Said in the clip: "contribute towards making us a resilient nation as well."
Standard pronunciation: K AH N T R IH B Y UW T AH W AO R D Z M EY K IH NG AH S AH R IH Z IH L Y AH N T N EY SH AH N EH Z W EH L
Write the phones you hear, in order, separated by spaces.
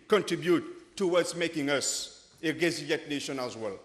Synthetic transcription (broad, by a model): K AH N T R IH B Y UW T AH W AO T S M EY K IH NG AH S AH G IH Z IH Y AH T N EY SH AH N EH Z W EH L